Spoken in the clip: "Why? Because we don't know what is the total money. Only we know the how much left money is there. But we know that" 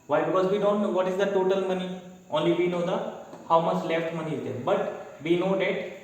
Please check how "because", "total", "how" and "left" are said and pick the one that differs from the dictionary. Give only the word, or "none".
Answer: none